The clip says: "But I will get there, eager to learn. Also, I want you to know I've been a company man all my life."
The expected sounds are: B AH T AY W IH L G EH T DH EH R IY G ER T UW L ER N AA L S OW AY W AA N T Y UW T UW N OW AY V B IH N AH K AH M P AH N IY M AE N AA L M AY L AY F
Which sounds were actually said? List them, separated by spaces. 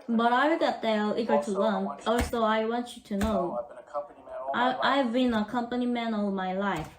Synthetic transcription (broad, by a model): B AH T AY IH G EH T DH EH L IY G ER T UW L ER N AA L S OW AY W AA N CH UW T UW N OW AY V B IH N AH K AH M P AH N IY M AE N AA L M AY L AY F